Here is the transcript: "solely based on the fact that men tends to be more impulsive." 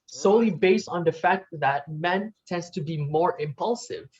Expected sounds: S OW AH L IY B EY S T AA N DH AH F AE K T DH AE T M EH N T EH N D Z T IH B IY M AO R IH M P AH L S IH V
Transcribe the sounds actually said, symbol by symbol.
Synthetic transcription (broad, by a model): S OW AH L IY B EY S T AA N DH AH F AE K T DH AE T M EH N T EH N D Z T IH B IY M AO R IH M P AH L S IH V